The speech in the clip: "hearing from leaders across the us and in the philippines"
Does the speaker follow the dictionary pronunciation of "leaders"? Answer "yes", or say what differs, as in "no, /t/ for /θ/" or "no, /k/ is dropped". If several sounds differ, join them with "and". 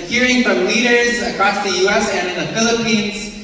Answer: yes